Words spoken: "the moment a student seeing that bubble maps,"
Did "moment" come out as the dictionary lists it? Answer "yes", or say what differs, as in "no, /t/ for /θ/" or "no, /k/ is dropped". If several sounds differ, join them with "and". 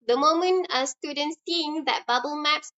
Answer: no, /t/ is dropped